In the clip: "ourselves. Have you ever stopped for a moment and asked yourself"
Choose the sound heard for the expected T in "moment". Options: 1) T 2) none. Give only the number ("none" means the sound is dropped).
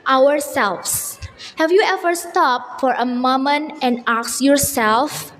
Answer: 2